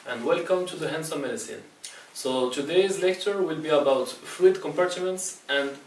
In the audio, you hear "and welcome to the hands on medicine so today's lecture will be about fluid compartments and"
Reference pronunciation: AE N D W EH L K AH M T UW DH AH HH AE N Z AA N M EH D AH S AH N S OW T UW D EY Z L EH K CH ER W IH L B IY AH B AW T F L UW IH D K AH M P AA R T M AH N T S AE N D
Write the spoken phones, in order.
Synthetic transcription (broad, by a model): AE N D W EH L K AH M T UW DH AH HH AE N S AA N M EH D AH S AH N S OW T UW D EY Z L EH K CH ER W IH L B IY AH B AW T F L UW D K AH M P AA R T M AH N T S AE N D